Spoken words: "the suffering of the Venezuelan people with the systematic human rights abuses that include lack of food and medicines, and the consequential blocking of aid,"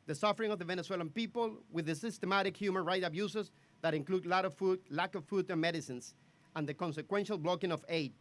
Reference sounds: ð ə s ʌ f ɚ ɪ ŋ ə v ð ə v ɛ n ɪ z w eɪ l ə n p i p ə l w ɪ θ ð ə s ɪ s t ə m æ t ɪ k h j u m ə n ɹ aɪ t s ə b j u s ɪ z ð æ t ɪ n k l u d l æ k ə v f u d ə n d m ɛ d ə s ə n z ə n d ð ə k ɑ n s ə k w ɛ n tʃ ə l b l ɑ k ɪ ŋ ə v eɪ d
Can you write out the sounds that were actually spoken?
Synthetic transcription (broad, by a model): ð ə s ʌ f ɚ ɪ ŋ ə v ð ə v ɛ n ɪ s w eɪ l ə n p i p ə l w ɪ ð ə s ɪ s t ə m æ t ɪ k h j u m ə n ɹ aɪ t ə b j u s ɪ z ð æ t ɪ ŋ k l u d l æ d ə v f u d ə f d m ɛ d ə s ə n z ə n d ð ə k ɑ n s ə k w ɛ n ʃ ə l b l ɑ k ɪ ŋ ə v eɪ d